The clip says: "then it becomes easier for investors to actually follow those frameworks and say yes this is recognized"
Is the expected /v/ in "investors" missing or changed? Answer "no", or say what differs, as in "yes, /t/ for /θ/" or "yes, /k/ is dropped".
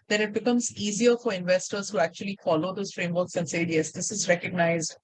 no